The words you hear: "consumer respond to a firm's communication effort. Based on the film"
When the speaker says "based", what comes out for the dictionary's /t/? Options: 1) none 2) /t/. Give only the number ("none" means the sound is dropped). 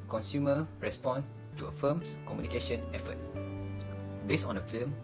1